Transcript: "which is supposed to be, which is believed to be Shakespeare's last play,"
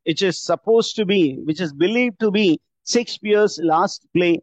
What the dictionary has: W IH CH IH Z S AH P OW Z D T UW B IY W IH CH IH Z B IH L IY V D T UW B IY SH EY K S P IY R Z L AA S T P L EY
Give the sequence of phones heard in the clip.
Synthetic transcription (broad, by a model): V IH CH IH Z S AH P OW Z T UW B IY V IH CH IH Z B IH L IY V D T UW B IY S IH K S IY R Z L AA S T P L EY